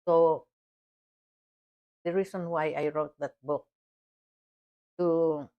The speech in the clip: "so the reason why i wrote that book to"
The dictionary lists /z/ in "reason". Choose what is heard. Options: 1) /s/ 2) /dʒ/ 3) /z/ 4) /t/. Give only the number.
1